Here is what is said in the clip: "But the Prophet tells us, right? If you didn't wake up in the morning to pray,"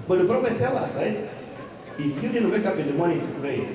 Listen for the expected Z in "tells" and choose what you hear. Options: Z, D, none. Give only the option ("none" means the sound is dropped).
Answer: none